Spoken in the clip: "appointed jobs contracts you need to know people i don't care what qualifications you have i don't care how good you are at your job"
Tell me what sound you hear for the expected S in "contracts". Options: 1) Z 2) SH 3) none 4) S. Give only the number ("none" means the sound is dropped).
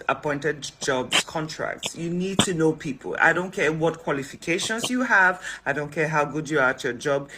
4